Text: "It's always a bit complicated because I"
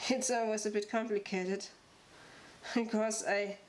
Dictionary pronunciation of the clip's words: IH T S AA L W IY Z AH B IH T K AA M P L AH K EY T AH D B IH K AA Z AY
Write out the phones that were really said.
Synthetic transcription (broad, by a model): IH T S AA W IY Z AH B IH T K AA M P L AH K EY T AH D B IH K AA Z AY